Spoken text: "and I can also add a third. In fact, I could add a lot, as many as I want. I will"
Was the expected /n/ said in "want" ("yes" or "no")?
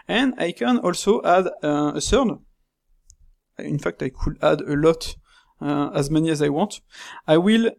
no